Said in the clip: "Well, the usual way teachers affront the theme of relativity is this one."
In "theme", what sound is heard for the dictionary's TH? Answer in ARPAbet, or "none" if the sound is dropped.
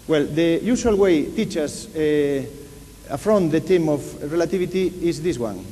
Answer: T